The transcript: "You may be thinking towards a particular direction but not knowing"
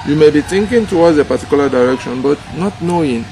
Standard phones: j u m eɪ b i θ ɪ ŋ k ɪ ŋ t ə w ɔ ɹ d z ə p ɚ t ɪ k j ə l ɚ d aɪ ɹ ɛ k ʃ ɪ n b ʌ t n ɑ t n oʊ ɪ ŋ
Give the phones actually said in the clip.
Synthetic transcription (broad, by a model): j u m eɪ b i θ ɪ ŋ k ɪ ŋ t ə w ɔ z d ə p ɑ t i k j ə l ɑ d aɪ ɹ ɛ k ʃ ɪ n b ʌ t n ɑ t n oʊ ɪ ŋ